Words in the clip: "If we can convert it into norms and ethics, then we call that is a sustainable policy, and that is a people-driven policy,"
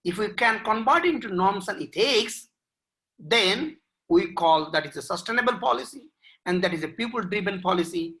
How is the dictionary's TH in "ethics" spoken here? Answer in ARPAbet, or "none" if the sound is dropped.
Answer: T